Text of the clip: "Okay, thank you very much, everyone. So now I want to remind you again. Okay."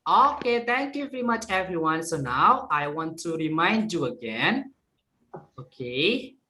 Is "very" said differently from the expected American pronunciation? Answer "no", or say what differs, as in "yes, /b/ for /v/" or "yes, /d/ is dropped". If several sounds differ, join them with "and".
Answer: no